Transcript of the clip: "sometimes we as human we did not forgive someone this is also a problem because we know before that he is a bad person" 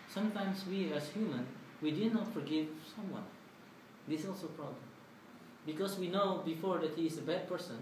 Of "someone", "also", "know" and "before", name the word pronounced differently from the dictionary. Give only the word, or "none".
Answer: none